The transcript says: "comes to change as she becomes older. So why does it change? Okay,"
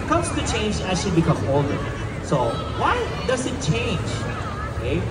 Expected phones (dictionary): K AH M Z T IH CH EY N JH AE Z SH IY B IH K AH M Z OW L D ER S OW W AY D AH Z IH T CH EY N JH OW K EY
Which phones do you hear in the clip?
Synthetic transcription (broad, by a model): K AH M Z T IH CH EY N JH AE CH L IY B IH K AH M OW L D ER S OW W AY D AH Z IH T CH EY N JH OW K EY